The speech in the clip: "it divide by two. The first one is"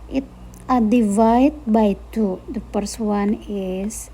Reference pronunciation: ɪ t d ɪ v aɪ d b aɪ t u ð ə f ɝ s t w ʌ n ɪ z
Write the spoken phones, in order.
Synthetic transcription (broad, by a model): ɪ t d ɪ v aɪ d b aɪ t u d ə p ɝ s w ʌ n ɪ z